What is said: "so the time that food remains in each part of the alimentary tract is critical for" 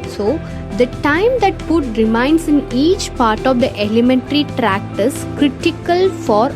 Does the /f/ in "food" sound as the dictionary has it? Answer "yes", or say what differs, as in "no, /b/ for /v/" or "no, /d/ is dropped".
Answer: no, /p/ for /f/